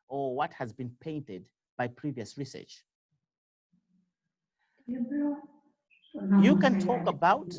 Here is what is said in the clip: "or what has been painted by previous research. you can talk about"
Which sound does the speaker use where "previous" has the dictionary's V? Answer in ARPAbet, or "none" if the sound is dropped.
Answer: V